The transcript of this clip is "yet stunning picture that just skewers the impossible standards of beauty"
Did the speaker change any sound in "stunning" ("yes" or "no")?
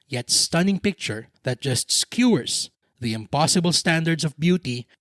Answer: no